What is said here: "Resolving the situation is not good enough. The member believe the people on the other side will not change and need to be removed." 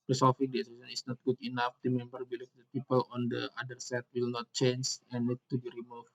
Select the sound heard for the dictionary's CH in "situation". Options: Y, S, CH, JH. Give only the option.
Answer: S